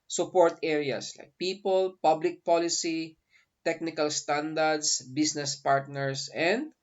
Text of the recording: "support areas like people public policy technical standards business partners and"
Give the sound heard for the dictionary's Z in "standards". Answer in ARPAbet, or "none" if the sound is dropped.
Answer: S